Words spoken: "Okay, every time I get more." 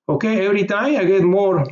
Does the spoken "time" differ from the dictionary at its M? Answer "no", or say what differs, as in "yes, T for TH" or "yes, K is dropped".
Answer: yes, M is dropped